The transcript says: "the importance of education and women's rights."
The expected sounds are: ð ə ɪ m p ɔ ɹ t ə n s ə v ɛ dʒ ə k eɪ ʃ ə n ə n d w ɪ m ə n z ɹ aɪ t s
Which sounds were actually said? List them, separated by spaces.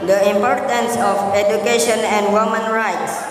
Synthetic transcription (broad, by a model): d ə ɪ m p ɔ ɹ t ə n s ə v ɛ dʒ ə k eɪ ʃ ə n ə n d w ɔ m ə n ɹ aɪ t s